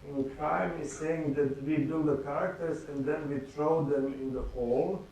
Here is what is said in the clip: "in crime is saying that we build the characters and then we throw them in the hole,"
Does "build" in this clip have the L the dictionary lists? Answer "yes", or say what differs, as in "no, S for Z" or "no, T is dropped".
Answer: no, L is dropped